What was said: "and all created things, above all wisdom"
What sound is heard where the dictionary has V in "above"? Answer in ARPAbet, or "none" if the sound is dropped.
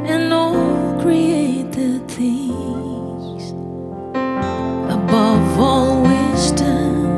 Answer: V